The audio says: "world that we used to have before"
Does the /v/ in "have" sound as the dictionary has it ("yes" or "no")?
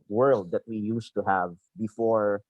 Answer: yes